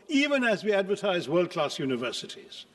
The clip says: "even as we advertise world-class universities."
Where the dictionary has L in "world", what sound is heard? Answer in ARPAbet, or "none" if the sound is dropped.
L